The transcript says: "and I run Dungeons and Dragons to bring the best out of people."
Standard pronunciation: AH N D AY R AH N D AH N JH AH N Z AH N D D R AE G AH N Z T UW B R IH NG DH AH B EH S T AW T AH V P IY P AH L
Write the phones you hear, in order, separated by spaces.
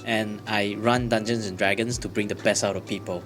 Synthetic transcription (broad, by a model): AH N AY R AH N D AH N JH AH N S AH N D D R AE G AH N S T UW B R IH NG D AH B EH S AW T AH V P IY P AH L